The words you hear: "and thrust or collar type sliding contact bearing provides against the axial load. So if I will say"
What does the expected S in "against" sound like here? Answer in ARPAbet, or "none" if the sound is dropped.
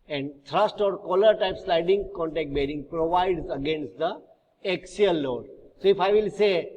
S